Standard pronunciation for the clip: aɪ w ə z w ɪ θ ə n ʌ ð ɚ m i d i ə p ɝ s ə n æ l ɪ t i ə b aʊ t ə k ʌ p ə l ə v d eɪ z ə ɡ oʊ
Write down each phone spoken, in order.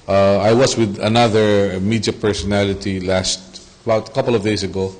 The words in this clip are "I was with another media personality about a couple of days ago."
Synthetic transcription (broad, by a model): aɪ w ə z w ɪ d ə n ʌ ð ɚ m i d i ə p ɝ s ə n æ l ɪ t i ə b aʊ t ə k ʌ p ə l ə v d eɪ s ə ɡ oʊ